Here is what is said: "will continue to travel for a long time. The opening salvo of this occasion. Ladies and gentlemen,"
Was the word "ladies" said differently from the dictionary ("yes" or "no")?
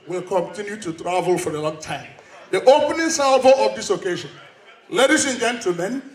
yes